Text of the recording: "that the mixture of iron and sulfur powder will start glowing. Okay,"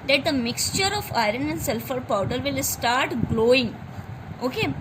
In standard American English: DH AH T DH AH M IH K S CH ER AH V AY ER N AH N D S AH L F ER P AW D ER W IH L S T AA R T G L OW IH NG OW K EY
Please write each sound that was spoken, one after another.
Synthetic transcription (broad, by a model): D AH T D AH M IH K S CH ER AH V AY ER N AH N D S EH L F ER P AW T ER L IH L S T AA R T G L OW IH NG OW K EY